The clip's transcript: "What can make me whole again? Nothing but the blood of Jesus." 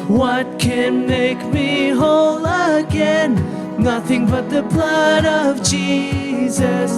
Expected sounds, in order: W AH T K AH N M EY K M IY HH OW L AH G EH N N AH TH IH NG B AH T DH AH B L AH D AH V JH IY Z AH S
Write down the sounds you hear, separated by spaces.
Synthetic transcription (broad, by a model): W AH T K AH N M EY K M IY HH OW L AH G EH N N AH TH IH NG B AH T DH AH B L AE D AH V JH IY Z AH S